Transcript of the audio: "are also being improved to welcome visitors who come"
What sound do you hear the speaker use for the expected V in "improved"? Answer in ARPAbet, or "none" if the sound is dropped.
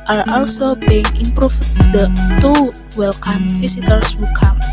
F